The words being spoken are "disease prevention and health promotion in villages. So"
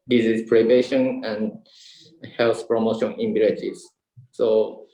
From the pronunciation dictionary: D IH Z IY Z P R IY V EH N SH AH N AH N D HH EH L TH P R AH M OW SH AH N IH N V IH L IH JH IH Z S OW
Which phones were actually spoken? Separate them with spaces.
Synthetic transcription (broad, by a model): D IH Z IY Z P R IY B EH SH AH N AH N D HH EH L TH P R AH M OW SH AH N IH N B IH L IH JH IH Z S OW